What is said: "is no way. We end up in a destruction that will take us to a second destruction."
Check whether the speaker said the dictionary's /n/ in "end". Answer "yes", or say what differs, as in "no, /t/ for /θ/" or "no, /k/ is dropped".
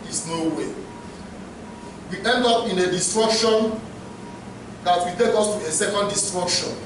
yes